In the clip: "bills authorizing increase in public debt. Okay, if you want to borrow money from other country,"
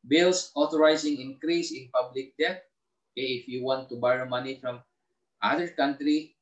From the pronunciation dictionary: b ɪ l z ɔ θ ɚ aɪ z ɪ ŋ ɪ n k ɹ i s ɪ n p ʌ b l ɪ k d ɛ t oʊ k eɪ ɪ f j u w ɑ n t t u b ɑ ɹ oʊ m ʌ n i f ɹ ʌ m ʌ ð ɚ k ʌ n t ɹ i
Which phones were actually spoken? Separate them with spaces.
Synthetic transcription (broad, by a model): b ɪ l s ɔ t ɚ aɪ s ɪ ŋ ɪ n k ɹ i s ɪ n p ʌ b l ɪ k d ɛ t oʊ k eɪ ɪ f j u w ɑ n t t u b ɑ ɹ oʊ m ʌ n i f ɹ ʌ m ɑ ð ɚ k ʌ n t ɹ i